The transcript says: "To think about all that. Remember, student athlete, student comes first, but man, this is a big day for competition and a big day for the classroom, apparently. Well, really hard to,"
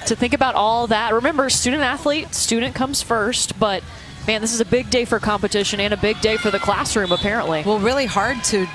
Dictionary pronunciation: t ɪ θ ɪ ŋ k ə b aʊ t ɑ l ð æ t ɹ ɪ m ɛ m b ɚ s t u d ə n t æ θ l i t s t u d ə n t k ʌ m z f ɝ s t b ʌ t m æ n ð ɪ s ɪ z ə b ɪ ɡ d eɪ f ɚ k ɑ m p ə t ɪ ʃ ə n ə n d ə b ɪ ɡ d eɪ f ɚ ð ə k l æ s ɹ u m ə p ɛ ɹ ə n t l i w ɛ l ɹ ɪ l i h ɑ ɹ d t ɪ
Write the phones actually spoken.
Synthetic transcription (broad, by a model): t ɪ θ ɪ ŋ k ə b aʊ t ɑ l ð æ t ɹ ɪ m ɛ m b ɚ s t u d n t æ θ l i t s t u d n k ʌ m z f ɝ s t b ʌ t m æ n ð ɪ s ɪ z ə b ɪ ɡ d eɪ f ɚ k ɑ m p ə t ɪ ʃ ə n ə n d ə b ɪ ɡ d eɪ f ɚ ð ə k l æ s ɹ u m ə p ɛ ɹ ə n t l i w ɛ l ɹ ɪ l i h ɑ ɹ d t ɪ